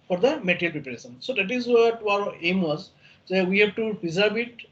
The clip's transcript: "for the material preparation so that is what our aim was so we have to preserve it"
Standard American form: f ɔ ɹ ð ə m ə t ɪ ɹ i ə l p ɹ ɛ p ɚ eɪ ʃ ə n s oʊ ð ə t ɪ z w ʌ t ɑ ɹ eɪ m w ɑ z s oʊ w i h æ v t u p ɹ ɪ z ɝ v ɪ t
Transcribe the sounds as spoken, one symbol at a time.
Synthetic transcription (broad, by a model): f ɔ ɹ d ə m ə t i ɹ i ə l p ɹ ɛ p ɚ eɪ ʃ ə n s oʊ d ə t ɪ z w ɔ t ɑ ɹ eɪ m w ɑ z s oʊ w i h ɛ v t u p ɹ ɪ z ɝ b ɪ t